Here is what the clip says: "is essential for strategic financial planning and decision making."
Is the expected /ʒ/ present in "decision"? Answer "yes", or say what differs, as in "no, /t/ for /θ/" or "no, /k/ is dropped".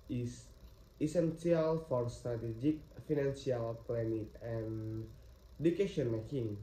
no, /ʃ/ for /ʒ/